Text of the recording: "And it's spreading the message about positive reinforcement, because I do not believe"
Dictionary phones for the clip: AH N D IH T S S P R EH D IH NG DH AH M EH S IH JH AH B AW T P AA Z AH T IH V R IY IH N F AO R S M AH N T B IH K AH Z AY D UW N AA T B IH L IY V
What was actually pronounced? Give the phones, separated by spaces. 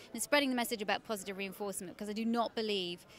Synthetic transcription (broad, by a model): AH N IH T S S P R EH D IH NG DH AH M EH S IH JH AH B AW T P AA Z AH T IH V R IY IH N F AO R S M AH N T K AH Z AY D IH N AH T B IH L IY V